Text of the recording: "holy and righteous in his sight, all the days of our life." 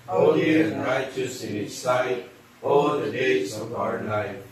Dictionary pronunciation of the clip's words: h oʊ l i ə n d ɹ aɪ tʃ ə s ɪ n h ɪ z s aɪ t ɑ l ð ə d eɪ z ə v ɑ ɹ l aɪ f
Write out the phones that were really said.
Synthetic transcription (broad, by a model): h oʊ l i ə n ɹ aɪ tʃ ə s ɪ n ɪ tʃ s aɪ t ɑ l ð ə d eɪ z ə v ɑ ɹ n aɪ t